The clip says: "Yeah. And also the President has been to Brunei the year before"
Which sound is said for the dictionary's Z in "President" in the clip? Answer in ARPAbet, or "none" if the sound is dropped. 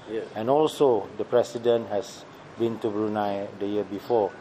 S